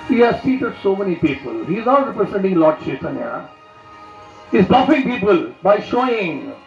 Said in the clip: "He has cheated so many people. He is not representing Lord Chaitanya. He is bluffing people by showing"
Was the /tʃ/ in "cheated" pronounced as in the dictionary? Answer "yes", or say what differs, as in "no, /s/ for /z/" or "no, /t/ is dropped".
no, /s/ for /tʃ/